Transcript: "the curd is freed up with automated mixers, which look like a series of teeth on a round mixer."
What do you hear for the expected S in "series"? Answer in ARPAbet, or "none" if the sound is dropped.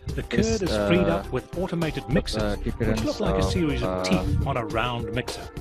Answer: S